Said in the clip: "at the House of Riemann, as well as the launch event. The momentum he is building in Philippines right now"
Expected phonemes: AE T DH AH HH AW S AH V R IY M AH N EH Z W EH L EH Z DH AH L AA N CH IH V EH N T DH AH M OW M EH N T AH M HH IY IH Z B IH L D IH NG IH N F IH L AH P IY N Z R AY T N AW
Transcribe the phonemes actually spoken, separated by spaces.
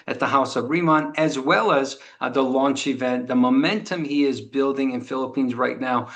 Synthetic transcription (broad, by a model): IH T DH AH HH AW S AH V R IY M AH N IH Z W EH L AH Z DH AH L AA N CH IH V EH N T DH AH M OW M EH N T AH M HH IY IH Z B IH L D IH NG IH N F IH L AH P IY N Z R AY T N AW